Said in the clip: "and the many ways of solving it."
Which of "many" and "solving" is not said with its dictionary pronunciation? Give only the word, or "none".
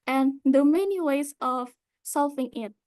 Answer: solving